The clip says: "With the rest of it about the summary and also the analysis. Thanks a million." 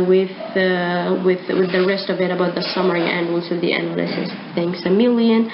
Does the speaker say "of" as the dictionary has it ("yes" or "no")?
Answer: yes